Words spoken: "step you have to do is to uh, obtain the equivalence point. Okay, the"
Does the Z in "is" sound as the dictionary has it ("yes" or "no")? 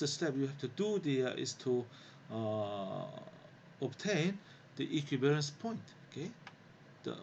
no